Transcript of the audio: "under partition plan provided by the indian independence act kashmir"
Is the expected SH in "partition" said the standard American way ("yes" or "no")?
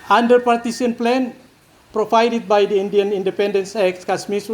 no